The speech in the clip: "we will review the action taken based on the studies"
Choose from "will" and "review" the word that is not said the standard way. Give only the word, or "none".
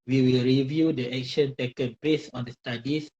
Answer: none